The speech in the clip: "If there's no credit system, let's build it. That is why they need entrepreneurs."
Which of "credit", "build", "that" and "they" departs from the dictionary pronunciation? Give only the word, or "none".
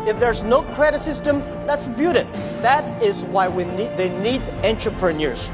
build